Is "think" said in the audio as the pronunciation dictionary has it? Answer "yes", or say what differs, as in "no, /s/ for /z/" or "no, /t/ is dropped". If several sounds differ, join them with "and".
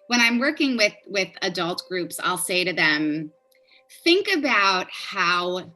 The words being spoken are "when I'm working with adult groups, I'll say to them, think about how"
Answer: yes